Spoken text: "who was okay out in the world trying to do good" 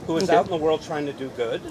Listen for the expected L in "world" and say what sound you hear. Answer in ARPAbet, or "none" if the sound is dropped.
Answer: L